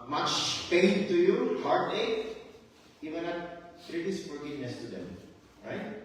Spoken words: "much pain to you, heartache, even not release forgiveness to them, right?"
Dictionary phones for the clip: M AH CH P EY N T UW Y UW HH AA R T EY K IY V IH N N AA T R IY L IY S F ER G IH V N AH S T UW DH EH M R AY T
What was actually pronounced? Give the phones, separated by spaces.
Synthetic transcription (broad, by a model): M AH CH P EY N T UW Y UW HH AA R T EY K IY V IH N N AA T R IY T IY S P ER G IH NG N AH S T UW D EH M R AY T